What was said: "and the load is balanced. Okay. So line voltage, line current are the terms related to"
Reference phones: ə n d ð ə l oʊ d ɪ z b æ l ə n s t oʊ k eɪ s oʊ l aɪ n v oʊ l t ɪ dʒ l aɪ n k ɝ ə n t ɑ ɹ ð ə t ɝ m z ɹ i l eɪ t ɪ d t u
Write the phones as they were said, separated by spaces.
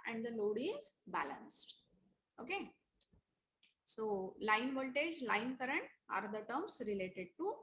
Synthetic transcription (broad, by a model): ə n d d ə l oʊ d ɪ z b æ l ə n s t oʊ k eɪ s oʊ l aɪ n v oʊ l t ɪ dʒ l aɪ n k ɝ ə n t ɑ ɹ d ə t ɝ m s ɹ i l eɪ t ɪ d t u